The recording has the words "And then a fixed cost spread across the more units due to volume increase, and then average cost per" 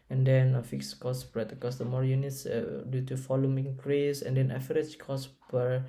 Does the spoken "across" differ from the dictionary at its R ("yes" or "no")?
yes